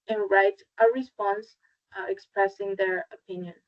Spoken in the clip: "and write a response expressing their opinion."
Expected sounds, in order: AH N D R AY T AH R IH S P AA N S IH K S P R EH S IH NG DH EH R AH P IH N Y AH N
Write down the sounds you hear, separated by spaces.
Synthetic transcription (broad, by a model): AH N R AY T AH R IH S P AA N S IH K S P R EH S IH NG DH EH R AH P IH N Y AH N